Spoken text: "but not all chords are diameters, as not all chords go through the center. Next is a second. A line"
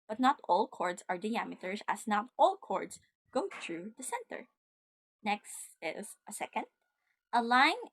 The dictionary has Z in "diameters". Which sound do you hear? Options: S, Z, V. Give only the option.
S